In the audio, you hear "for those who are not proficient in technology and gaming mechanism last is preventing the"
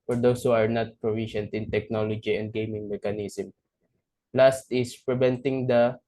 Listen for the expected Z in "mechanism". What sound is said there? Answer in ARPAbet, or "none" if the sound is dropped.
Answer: S